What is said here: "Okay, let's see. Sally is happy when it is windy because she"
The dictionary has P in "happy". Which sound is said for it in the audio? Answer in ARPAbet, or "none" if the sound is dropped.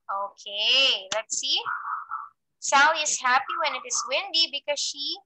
P